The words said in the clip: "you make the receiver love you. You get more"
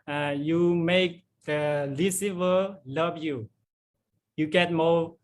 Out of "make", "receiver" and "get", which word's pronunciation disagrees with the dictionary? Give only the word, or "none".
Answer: receiver